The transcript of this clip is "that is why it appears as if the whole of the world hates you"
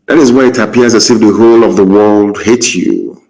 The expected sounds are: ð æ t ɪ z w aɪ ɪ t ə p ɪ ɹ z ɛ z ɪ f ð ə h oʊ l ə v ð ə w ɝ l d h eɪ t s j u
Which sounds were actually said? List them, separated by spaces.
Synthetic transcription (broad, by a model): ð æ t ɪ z w aɪ ɪ t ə p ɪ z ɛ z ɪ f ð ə h oʊ l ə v ð ə w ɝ l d h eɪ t j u